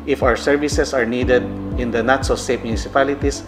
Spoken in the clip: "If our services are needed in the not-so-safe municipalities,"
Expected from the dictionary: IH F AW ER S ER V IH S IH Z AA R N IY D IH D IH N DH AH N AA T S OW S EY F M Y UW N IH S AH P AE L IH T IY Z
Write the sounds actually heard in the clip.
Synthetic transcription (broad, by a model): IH F AW ER S ER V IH S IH S AA R N IY D IH D IH N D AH N AA T S OW S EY P M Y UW N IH S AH P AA L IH T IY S